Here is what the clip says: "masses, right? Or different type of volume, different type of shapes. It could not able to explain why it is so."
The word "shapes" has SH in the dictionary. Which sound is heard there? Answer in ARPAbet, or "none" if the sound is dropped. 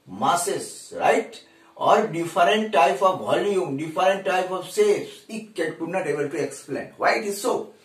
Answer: S